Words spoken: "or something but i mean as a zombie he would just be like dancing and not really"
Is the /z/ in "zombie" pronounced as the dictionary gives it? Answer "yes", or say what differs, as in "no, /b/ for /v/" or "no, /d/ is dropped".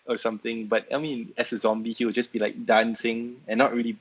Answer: yes